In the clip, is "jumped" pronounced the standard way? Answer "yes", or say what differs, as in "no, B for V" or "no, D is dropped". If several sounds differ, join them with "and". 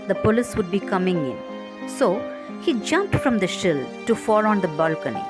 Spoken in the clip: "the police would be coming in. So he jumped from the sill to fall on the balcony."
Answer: yes